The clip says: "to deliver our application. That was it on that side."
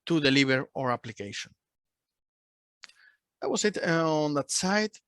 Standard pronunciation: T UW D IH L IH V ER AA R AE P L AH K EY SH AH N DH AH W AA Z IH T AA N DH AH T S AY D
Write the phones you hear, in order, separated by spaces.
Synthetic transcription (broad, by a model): T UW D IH L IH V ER AA R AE P L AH K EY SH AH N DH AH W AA S IH T AA N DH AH T S AY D